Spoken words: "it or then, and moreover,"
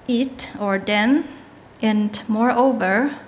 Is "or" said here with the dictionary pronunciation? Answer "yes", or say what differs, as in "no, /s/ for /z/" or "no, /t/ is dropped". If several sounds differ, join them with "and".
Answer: yes